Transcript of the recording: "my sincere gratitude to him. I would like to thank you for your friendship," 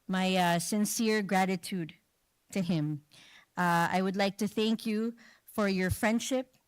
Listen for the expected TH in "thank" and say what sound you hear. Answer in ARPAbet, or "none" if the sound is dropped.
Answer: TH